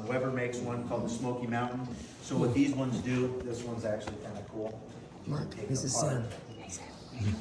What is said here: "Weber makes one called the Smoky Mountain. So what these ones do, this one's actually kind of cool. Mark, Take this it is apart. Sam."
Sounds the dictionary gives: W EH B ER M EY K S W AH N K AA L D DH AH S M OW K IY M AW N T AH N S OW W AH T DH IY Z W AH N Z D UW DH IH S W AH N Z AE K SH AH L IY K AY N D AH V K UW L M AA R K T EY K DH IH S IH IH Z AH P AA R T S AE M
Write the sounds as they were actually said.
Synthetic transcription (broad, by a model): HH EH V ER M EY K S W AH N K AA L D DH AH S M OW K IY M AW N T N S OW W AH T DH IY Z W AH N Z D UW DH IH S W AH N Z AE K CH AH L IY K AY N D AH K UW L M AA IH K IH IH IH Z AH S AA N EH